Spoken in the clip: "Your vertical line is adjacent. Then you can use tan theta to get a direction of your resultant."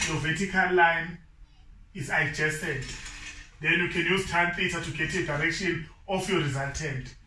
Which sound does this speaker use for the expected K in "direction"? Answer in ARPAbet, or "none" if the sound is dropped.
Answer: K